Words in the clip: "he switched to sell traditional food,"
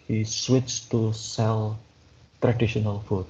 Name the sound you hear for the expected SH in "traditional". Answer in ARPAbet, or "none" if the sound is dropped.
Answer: SH